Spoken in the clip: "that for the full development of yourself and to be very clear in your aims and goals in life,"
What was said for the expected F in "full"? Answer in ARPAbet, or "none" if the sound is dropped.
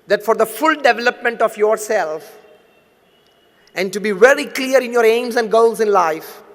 F